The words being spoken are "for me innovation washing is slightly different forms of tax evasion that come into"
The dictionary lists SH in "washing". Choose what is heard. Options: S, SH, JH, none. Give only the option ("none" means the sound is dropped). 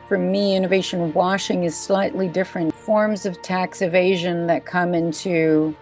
SH